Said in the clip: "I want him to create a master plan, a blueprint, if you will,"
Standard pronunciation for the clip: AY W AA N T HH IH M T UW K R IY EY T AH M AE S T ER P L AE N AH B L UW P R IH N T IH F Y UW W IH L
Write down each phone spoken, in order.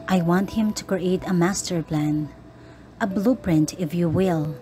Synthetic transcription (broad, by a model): AY W AA N T HH IH M T UW K R IY EY T AH M AE S T ER P L AE N AH B L UW P R IH N T IH F Y UW W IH L